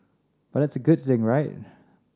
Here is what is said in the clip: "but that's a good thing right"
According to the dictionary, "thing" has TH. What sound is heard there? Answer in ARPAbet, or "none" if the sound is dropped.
TH